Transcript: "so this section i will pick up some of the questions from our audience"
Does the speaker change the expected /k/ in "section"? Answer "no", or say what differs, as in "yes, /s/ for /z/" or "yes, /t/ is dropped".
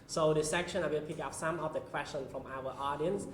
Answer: no